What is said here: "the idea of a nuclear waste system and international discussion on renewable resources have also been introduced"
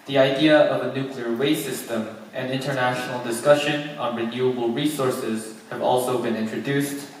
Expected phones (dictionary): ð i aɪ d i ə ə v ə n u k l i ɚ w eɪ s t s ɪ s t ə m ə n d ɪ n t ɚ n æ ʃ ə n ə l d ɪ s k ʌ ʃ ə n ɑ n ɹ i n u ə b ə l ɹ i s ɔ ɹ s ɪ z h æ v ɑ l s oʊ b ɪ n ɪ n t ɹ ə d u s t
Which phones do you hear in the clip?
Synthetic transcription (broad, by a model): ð i aɪ d i ə ə v ə n u k l i ɚ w eɪ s s ɪ s t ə m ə n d ɪ n t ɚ n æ ʃ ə n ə l d ɪ s k ʌ ʃ ə n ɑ n ɹ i n u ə b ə l ɹ i s ɔ ɹ s ɪ z h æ v ɑ l s oʊ b ɪ n ɪ n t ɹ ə d u s t